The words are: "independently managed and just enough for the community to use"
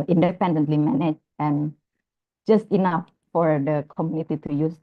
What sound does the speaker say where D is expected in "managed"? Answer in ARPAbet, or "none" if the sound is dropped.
none